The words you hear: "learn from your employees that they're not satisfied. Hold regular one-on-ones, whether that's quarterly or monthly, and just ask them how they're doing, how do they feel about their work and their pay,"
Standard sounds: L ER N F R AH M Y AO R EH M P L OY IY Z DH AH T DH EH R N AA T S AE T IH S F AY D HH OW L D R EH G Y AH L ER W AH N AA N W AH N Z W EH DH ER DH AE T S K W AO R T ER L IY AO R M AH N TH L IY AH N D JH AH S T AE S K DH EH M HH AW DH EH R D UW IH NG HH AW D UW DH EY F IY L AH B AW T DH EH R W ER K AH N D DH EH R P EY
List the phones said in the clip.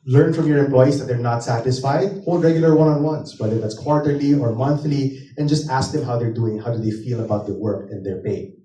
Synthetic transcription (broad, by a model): L ER N F R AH M Y AO R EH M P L OY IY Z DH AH T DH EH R N AA T S AE T IH S F AY D HH OW L D R EH G Y AH L ER W AH N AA N W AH N S W EH DH ER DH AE T S K W AO R T ER L IY AO R M AH N TH L IY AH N JH AH S T AE S K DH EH M HH AW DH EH R D UW IH NG HH AW D UW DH EY F IY L AH B AW T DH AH W ER K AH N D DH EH R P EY